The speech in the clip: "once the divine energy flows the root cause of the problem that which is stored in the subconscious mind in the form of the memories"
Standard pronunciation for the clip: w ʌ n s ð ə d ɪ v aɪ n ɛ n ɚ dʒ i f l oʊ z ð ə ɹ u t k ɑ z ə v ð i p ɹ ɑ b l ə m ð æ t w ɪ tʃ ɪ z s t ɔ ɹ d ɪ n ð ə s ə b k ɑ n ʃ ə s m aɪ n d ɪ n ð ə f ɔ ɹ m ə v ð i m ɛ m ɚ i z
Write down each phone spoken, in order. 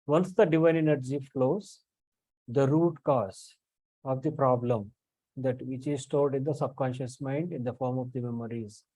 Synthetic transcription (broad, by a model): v ʌ n s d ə d ɪ v aɪ n ɛ n ɚ dʒ i f l oʊ z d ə ɹ u t k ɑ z ə v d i p ɹ ɑ b l ə m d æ t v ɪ tʃ ɪ z s t ɔ l d ɪ n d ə s ə b k ɑ n ʃ ə s m aɪ n d ɪ n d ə f ɔ ɹ m ə v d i m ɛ m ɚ i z